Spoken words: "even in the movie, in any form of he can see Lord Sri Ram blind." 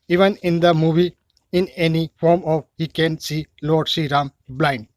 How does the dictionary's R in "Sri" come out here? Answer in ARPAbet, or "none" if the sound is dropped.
none